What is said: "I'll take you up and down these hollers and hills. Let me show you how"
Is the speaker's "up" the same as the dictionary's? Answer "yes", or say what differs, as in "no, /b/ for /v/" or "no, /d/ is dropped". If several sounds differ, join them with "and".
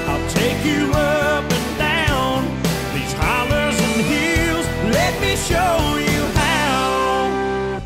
yes